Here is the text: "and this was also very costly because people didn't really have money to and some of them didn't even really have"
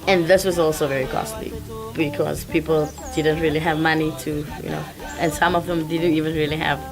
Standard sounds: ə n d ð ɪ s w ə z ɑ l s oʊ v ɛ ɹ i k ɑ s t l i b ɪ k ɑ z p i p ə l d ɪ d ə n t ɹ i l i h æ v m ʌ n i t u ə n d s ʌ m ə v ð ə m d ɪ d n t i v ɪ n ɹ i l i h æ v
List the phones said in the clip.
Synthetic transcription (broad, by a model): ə n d ð ɪ s w ə z ɑ l s oʊ v ɛ ɹ i k ɑ s t l i b ɪ k ɑ z p i p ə l d ɪ d ə n t ɹ i l i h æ v m ʌ n i t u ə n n s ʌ m ə v ð ə m d ɪ d n t i v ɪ n ɹ i l i h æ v